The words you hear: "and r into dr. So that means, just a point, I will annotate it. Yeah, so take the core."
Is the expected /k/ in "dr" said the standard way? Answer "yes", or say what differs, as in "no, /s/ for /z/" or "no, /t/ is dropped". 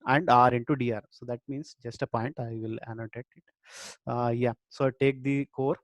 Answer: no, /k/ is dropped